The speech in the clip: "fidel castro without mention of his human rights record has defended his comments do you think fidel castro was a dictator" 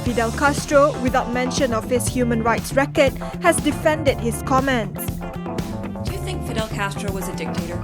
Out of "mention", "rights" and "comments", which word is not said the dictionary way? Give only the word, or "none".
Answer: none